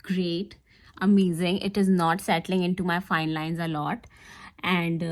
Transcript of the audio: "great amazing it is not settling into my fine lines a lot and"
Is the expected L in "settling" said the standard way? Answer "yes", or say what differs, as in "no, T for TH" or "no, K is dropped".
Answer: yes